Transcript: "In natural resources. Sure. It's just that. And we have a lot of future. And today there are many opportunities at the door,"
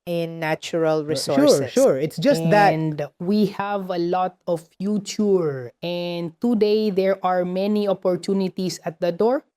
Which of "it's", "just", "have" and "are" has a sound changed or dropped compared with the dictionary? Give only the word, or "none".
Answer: none